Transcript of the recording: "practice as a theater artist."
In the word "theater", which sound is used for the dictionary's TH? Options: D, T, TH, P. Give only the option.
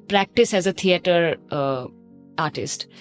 T